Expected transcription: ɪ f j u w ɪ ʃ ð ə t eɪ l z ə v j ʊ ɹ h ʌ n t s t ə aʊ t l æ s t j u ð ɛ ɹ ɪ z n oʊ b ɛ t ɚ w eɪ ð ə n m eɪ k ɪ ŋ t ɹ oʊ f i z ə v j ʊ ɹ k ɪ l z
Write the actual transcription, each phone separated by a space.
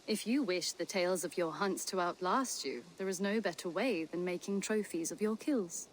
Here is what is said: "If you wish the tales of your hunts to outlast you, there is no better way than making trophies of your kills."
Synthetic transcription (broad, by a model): ɪ f j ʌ w ɪ ʃ ð ə t eɪ l z ə v j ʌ ɹ h ʌ n t s t ə aʊ t l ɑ s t j u ð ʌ ɹ ɪ z n oʊ b ɛ t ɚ w eɪ ð ə n m eɪ k ɪ ŋ t ɹ oʊ f i z ə v j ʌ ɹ k ɪ l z